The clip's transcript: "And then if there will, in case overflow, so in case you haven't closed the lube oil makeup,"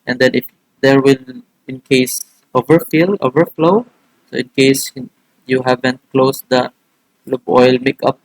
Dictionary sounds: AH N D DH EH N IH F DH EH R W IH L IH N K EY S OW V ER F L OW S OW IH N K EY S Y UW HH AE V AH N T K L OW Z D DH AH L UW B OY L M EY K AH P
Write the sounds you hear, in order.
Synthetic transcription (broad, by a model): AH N D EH N IH F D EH R W IH L IH N K EY S OW V ER F L OW S OW IH N K EY S Y UW HH AE V AH N T K L OW S D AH L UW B OY L M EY K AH P